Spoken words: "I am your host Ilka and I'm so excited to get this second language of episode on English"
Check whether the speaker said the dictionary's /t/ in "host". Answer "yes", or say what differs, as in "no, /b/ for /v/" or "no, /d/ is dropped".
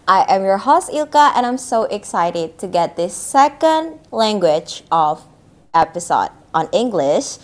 no, /t/ is dropped